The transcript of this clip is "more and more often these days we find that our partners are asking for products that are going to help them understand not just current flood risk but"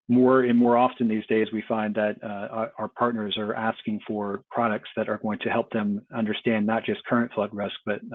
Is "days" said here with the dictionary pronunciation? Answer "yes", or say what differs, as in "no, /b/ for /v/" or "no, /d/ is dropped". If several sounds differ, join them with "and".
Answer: yes